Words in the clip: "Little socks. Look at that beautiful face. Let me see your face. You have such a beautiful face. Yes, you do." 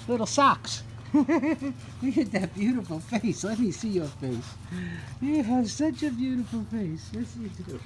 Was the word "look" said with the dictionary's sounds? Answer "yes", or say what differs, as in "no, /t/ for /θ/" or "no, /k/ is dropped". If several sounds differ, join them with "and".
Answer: no, /w/ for /l/